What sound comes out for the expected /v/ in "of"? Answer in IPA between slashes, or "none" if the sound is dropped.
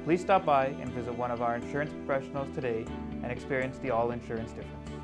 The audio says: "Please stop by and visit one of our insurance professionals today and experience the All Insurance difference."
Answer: /v/